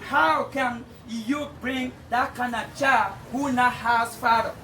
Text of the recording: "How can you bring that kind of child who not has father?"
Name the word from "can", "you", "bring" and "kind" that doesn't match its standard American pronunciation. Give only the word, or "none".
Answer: kind